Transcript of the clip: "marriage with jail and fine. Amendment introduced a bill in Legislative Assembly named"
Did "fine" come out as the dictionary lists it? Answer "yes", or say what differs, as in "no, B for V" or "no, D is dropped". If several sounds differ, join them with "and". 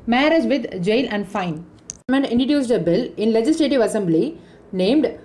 no, N is dropped